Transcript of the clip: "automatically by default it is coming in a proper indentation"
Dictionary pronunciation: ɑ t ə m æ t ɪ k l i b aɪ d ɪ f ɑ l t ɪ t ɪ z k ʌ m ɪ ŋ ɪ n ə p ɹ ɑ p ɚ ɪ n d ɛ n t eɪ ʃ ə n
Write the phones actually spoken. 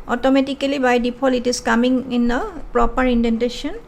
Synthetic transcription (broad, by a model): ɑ t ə m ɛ t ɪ k l i b aɪ d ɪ p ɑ l ɪ t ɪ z k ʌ m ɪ ŋ ɪ n ə p ɹ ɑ p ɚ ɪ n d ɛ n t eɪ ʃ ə n